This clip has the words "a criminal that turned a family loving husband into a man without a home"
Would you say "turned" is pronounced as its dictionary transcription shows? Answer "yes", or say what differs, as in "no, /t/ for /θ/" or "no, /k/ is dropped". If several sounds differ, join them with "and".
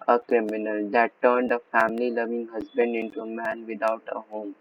yes